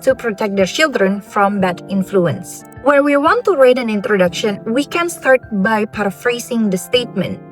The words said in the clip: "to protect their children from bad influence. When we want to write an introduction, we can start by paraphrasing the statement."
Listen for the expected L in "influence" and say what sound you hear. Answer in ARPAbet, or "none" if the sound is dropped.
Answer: L